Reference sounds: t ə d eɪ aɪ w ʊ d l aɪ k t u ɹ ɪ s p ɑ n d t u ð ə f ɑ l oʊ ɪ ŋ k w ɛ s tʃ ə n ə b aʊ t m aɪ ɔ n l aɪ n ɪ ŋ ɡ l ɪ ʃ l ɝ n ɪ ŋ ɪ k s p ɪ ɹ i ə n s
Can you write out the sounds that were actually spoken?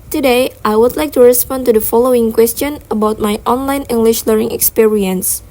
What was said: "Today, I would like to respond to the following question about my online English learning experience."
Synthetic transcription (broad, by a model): t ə d eɪ aɪ w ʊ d l aɪ k t u ɹ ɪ s p ɑ n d t u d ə f ɑ l oʊ ɪ ŋ k w ɛ s tʃ ə n ə b aʊ t m aɪ ɔ n l aɪ n ɪ ŋ ɡ l ɪ ʃ l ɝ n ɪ ŋ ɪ k s p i ɹ i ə n s